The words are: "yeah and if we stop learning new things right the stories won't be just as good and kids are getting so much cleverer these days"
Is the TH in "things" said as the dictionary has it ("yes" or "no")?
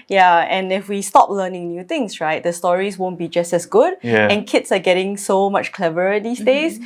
no